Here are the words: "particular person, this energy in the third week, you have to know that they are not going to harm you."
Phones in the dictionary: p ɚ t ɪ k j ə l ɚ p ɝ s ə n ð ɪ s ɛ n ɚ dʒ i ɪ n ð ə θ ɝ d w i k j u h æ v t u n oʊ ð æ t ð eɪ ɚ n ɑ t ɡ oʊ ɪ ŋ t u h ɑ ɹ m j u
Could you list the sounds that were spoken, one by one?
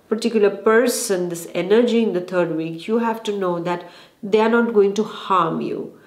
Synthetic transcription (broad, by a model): p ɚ t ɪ k j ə l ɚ p ɝ s ə n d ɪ s ɛ n ɚ dʒ i ɪ n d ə t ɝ d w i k j u h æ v t u n oʊ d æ t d eɪ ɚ n ɑ t ɡ oʊ ɪ ŋ t u h ɑ ɹ m j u